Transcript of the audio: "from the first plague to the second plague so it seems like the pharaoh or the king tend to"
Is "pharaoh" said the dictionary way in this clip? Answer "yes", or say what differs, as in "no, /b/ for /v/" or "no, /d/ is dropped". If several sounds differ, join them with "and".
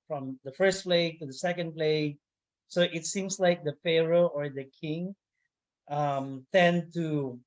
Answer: yes